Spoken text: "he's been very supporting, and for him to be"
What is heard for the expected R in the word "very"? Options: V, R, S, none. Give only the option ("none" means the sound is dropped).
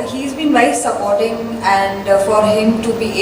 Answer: none